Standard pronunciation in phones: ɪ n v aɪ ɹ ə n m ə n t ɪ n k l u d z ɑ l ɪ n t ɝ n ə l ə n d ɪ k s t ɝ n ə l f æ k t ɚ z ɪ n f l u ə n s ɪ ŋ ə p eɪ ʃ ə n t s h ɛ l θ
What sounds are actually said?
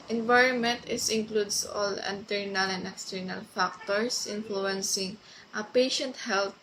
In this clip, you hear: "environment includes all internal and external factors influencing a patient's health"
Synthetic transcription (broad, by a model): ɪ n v aɪ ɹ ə n m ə n t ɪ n k l u d s ɑ l ɪ n t ɝ n ə l ə n d ɪ k s t ɝ n ə l f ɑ k t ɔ s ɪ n f l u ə n s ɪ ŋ ə p eɪ ʃ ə n t h ɛ l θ